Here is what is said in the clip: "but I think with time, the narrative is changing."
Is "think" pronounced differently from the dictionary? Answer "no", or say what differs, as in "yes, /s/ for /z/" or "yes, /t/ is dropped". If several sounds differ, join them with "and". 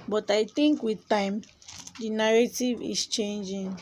yes, /t/ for /θ/